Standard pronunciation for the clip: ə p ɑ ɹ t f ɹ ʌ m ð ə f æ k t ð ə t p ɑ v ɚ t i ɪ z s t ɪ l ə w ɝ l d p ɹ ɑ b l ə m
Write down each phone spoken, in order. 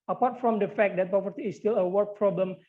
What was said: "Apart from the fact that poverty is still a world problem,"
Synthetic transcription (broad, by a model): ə p ɑ ɹ t f ɹ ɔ m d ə f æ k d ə t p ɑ p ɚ t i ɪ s t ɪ l ə w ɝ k p ɹ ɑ b l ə m